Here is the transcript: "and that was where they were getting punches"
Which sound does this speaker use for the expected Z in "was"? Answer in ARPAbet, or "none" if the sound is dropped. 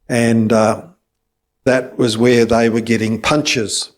Z